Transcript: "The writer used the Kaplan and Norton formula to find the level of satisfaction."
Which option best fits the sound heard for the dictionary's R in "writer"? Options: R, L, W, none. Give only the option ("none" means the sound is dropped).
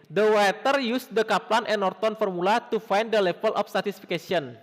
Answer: W